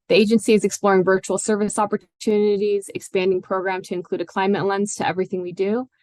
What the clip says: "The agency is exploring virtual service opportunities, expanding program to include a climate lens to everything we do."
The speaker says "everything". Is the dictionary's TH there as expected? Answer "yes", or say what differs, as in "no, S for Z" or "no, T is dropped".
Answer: yes